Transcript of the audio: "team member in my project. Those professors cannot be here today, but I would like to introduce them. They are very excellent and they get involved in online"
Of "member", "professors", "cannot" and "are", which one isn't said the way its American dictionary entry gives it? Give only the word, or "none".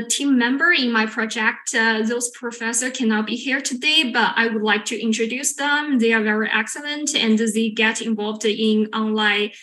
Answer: professors